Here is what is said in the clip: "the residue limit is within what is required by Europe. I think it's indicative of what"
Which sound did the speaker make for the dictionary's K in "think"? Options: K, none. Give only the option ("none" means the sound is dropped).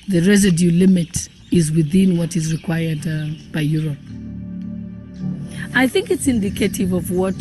K